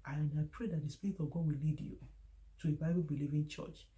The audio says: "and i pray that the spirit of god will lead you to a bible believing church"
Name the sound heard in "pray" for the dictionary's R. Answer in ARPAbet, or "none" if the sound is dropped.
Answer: R